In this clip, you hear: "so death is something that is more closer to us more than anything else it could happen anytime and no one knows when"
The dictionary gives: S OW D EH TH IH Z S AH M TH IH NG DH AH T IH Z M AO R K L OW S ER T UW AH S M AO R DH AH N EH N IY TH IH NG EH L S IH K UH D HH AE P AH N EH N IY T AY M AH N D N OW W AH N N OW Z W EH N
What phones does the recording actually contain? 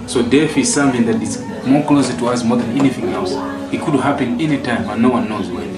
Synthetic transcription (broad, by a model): S OW D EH F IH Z S AH M TH IH NG DH AH T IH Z M AO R K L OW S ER T UW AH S M AO R DH AH N EH N IY TH IH NG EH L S IH K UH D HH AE P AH N EH N IY T AY M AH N N OW W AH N N OW Z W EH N